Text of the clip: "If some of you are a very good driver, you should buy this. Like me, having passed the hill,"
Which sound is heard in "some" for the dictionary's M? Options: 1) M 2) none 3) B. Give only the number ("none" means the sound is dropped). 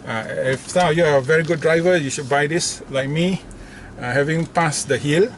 2